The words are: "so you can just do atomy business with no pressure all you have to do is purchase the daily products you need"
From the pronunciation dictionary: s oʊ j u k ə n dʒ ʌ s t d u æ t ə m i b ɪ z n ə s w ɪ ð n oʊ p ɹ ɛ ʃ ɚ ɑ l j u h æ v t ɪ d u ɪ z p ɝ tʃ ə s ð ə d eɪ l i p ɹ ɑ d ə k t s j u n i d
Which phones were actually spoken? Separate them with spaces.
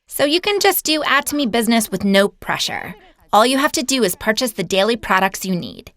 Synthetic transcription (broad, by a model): s oʊ j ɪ k ə n dʒ ʌ s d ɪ æ t ə m i b ɪ z n ə s w ɪ ð n oʊ p ɹ ɛ ʃ ɚ ɑ l j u h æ f t ɪ d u ɪ z p ɝ tʃ ə s ð ə d eɪ l i p ɹ ɑ d ə k t s j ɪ n i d